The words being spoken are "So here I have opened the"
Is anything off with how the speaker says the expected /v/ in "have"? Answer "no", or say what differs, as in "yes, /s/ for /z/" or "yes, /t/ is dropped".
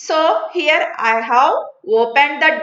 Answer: yes, /w/ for /v/